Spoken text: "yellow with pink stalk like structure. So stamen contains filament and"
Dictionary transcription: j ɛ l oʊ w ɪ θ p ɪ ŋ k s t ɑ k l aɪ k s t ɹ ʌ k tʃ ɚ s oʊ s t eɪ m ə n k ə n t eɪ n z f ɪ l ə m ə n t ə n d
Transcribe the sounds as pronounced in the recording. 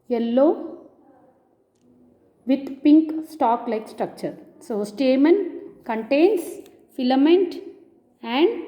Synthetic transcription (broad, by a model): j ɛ l oʊ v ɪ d p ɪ ŋ k s t ɑ k l aɪ k s t ɹ ʌ k tʃ ɚ s oʊ s t eɪ m ə n k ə n t eɪ n s f ɪ l ə m ə n t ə n d